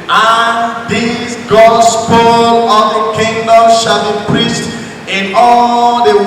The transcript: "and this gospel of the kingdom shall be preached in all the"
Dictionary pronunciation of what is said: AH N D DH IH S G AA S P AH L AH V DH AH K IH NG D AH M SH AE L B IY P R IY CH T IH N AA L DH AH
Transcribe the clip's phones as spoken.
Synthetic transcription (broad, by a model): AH N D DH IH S G AA S P AH L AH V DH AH K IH NG D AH M SH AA L B IY P R IY CH T IH N AA L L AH